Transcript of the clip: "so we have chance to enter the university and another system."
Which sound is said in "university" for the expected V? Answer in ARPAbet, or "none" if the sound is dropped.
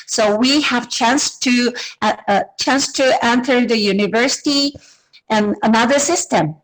V